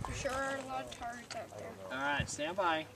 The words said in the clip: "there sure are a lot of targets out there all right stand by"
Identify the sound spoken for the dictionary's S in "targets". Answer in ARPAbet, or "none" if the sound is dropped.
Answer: none